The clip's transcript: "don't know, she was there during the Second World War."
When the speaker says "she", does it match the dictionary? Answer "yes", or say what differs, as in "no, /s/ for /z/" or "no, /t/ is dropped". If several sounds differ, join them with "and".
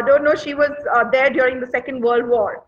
yes